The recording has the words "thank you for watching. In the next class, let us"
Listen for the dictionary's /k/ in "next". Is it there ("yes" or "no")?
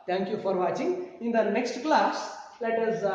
yes